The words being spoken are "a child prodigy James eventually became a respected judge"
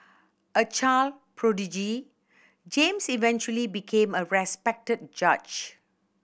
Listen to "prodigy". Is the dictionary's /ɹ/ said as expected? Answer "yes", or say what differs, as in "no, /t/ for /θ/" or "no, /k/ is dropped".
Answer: yes